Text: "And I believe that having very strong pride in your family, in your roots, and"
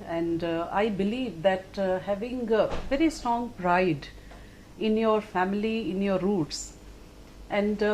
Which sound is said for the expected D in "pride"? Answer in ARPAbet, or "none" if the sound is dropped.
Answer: D